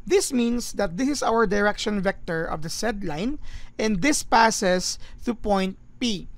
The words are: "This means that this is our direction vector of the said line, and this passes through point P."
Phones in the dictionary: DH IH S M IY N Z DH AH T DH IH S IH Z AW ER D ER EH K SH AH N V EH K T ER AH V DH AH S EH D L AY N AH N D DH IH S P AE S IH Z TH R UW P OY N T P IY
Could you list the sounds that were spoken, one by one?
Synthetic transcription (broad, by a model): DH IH S M IY N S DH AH T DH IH S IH S AW ER D ER EH K SH AH N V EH K T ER AH V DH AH S EH D L AY N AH N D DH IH S P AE S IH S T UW P OY N T P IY